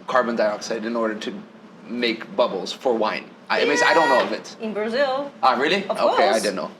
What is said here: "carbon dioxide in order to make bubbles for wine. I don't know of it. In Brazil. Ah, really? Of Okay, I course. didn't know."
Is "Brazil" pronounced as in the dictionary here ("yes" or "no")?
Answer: yes